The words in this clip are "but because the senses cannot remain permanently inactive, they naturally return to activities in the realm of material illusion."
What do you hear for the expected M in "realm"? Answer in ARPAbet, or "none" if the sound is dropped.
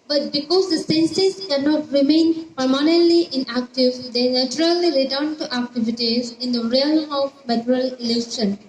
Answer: none